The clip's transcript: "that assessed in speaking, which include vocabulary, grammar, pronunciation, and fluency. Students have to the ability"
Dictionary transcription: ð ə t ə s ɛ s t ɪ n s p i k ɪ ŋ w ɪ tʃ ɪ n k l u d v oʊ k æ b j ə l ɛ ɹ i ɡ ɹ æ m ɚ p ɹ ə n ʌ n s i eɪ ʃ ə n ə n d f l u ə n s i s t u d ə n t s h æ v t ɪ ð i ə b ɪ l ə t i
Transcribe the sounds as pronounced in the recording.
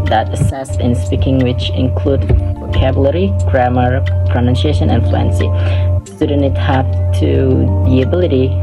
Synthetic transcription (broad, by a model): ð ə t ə s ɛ s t ɪ n s p i k ɪ ŋ w ɪ tʃ ɪ n k l u d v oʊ k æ b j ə l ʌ ɹ i ɡ ɹ æ m ɚ p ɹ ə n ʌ n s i eɪ ʃ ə n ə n f l u ə n s i s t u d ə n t h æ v t ɪ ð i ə b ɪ l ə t i